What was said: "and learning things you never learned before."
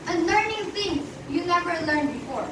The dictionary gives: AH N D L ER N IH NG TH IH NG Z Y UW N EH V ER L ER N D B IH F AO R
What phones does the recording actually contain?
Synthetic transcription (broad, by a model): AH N L ER N IH NG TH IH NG Y UW N EH V ER L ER N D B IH F AO R